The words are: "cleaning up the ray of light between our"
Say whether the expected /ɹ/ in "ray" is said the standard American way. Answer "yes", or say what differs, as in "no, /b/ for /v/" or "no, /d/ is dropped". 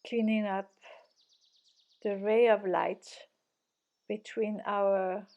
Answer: yes